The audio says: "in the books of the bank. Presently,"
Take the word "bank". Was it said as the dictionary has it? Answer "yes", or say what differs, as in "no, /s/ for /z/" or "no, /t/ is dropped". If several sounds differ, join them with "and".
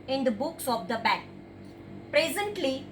no, /ŋ/ is dropped